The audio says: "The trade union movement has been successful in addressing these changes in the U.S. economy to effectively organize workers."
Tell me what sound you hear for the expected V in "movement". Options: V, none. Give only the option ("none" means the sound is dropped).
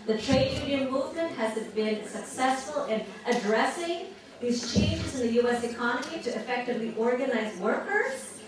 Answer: V